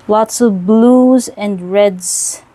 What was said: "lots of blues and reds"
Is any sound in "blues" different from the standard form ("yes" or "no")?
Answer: no